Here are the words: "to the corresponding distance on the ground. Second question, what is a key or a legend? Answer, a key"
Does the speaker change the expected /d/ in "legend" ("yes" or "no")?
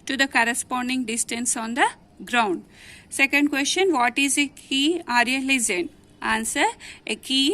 yes